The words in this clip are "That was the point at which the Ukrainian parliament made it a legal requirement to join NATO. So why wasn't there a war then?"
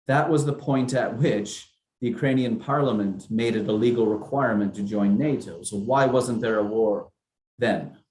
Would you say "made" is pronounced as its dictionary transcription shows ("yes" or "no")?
yes